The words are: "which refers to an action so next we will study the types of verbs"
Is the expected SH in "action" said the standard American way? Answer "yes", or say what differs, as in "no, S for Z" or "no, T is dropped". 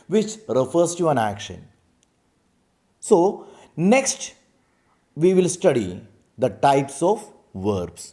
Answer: yes